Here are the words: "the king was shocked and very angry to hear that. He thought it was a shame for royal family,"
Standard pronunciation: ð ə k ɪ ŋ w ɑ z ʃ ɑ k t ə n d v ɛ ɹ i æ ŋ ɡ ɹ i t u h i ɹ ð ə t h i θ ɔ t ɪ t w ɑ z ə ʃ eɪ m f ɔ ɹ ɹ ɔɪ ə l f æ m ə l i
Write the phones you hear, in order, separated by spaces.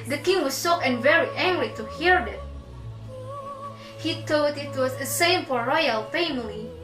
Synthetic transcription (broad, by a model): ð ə k ɪ ŋ w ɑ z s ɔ t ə n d v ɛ ɹ i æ ŋ ɡ ɹ i t u h i ɹ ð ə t h i t ɔ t ɪ t w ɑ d ə s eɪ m f ɔ ɹ ɹ ɔɪ ə l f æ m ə l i